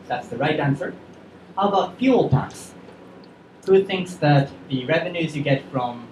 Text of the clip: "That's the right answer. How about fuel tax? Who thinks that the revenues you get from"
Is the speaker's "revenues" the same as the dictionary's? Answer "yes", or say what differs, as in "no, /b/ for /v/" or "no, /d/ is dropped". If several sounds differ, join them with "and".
yes